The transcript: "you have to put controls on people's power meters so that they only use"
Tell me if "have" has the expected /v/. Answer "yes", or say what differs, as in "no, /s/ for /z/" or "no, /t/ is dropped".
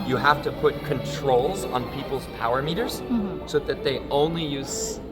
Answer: no, /f/ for /v/